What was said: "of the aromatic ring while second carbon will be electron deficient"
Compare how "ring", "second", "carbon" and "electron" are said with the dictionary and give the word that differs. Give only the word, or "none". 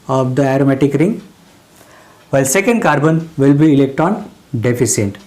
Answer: electron